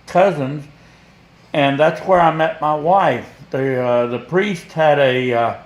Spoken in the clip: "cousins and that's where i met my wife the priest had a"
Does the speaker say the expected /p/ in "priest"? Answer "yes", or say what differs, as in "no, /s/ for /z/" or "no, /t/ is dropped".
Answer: yes